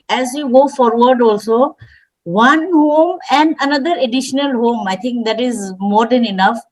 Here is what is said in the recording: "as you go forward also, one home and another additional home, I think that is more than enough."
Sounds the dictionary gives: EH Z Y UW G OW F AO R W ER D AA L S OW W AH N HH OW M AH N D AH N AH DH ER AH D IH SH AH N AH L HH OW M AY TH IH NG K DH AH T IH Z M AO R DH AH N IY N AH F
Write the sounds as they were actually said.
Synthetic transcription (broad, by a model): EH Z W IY G OW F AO R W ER D AA L S OW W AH N HH OW M AH N D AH N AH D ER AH D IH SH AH N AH L HH OW M AY T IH NG K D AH T IH Z M AO R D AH N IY N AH F